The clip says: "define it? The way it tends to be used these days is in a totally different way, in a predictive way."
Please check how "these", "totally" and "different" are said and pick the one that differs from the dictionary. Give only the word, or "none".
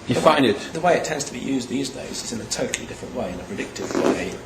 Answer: none